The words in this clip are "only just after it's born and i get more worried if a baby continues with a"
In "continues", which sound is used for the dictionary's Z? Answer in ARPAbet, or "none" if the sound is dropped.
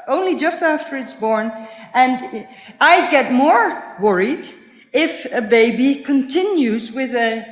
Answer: Z